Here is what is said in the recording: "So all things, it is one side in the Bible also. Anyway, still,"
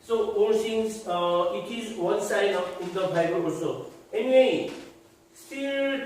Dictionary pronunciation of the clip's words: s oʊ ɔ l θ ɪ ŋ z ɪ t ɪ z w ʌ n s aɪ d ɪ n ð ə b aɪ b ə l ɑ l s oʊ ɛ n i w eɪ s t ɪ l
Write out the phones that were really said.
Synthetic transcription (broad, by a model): s oʊ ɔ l s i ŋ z ɪ t ɪ z w ʌ n s aɪ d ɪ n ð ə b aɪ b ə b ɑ s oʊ ɛ n i w eɪ s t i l